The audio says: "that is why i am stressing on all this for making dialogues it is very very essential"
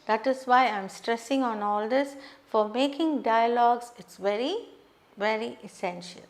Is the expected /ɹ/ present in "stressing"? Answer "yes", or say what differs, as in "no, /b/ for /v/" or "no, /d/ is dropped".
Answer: yes